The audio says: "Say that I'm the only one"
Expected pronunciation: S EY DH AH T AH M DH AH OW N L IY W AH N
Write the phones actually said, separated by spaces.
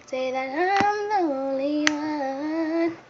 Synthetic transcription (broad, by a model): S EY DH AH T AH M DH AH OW L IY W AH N